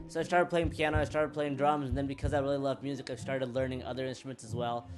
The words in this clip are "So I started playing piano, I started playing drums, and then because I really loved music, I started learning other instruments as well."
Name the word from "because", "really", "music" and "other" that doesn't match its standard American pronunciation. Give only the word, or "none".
none